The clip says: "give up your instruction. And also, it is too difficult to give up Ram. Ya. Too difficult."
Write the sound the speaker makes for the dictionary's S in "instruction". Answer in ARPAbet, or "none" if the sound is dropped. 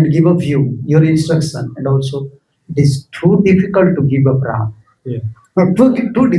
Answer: S